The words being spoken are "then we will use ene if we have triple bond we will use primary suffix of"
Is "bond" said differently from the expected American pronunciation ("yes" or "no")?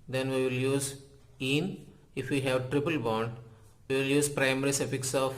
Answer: no